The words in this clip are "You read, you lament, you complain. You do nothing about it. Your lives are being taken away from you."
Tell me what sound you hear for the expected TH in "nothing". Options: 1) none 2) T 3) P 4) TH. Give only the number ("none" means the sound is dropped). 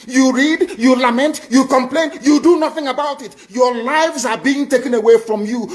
4